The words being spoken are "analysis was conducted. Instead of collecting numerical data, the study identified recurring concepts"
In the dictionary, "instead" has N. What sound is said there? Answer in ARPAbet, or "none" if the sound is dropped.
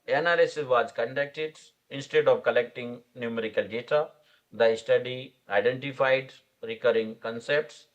N